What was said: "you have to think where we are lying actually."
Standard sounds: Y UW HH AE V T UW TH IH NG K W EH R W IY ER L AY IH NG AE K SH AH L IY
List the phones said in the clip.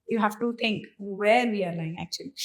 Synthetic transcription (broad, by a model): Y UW HH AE F T UW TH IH NG K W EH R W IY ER L AY IH NG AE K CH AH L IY